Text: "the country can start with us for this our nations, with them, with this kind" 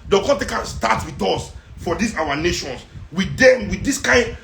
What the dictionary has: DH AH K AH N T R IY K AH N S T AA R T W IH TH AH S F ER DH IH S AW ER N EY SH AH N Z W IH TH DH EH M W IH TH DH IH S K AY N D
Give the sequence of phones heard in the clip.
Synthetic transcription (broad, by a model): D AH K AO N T IY K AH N S T AA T W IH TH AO S F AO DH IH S AW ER N EY SH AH N S W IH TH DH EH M W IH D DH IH S K AY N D